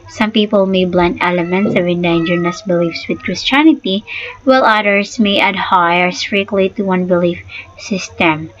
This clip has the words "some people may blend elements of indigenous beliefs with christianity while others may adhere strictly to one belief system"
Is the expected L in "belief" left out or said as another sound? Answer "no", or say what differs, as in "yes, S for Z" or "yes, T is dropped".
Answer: no